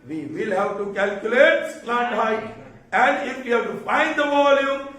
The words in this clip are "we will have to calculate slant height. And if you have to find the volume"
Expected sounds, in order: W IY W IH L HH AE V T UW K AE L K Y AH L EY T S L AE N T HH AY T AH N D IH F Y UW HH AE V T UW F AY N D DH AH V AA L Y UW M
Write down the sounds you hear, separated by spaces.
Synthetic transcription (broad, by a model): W IY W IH L HH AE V T UW K AE L K Y AH L EY T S N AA T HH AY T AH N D IH F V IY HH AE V T UW F AY N D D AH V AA L Y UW M